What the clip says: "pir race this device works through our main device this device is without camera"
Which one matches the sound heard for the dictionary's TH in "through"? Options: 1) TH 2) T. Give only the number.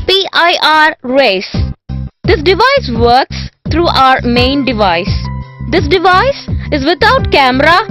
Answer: 2